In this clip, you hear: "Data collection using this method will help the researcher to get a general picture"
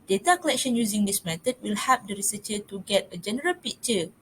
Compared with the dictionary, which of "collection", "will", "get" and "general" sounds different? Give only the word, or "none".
none